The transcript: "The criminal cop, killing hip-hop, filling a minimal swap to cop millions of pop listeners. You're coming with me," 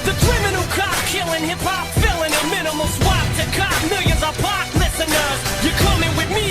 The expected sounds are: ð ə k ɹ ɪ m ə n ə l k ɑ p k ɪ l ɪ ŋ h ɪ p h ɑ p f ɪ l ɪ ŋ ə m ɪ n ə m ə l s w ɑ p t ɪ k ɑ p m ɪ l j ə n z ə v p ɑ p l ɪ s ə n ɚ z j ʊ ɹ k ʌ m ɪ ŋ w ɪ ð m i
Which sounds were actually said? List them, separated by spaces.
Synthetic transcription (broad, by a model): ð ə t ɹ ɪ m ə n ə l k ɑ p k ɪ l ɪ ŋ h ɪ p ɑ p f ɪ l ɪ ŋ ə m ɪ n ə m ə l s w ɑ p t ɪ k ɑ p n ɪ j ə z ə p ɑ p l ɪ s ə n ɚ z j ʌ ɹ k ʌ m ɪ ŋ w ɪ ð m i